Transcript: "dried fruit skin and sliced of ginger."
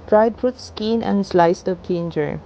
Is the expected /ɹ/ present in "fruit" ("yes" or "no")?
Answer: no